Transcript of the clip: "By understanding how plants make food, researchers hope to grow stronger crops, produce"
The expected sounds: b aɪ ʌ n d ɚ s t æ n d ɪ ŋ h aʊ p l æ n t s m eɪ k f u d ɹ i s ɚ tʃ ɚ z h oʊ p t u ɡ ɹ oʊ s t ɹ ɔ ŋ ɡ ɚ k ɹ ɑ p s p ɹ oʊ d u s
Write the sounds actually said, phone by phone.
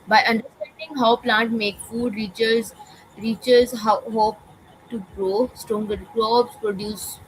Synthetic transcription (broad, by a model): b aɪ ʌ n d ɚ s t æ n d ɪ ŋ h aʊ p l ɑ n t m eɪ k f u d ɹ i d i tʃ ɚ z h oʊ p t u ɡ ɹ oʊ s t ɹ ɔ ŋ ɡ ɚ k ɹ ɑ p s p ɹ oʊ d u s